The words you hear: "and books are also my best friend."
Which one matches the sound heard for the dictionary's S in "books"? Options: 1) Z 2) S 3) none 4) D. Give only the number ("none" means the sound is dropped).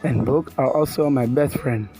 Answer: 3